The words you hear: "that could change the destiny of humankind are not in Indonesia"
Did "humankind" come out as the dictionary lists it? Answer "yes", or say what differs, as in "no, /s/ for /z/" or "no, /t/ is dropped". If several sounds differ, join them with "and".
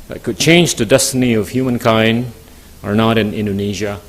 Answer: yes